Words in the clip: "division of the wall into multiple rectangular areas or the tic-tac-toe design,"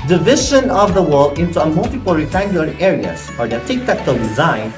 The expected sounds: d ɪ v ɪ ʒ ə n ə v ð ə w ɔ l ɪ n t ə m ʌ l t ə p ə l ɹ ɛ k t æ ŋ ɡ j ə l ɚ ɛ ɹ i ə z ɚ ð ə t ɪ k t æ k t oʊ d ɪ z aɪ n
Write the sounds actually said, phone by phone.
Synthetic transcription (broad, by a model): d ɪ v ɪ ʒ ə n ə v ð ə w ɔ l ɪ n t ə m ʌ l t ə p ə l ɹ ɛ t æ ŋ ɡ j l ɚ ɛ ɹ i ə s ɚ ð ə t ɪ k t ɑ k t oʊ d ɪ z aɪ n